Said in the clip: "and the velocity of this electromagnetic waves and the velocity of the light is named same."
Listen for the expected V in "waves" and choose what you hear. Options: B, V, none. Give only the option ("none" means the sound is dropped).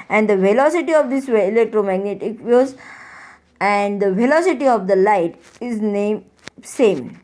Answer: none